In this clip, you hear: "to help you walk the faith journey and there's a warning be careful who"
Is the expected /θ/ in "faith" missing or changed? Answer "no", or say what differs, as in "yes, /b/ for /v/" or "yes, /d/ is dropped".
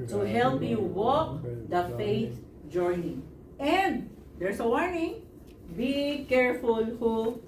yes, /t/ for /θ/